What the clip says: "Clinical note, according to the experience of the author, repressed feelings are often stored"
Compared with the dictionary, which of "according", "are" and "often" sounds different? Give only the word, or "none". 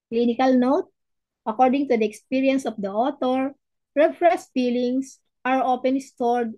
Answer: often